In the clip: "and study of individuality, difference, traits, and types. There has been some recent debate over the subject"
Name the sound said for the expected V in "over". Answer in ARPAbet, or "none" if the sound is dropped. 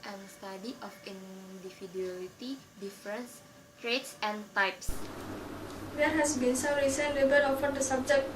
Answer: F